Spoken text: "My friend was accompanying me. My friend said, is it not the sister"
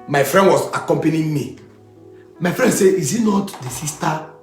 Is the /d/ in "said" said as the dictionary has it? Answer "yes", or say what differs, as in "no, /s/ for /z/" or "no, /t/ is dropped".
no, /d/ is dropped